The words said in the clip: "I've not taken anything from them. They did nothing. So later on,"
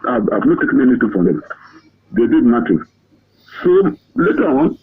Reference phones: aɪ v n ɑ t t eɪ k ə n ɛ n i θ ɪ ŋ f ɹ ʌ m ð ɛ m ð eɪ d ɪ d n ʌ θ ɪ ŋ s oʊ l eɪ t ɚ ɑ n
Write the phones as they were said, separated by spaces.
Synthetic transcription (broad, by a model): aɪ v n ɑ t t eɪ k ə n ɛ n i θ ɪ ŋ f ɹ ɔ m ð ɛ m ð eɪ d ɪ d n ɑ t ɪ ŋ s oʊ l eɪ t ɚ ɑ n